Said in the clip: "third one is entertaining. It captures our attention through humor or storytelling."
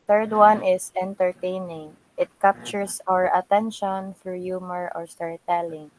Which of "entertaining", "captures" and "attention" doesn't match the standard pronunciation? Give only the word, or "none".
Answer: captures